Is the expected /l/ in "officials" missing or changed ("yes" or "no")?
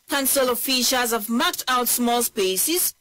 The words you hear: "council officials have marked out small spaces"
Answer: yes